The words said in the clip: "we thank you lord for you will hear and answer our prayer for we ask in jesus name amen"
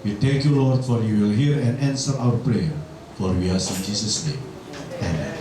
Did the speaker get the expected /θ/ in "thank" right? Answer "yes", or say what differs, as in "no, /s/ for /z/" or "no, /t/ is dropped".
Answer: no, /t/ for /θ/